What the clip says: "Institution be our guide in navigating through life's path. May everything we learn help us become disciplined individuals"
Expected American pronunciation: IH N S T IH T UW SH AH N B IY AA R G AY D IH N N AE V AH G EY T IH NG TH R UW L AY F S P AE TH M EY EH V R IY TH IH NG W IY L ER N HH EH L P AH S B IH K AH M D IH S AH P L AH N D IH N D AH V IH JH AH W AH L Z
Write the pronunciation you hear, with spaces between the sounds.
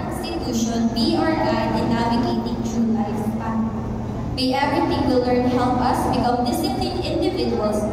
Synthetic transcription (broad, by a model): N S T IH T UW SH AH N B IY AA R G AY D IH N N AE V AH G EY T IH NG T R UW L AY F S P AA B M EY EH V R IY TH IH NG W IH L ER N HH EH L P AH S B IH K AH M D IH S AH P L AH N IH N D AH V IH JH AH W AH L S